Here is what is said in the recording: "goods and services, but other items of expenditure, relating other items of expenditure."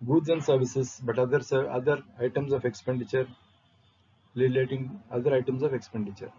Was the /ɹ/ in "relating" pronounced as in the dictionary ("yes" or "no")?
no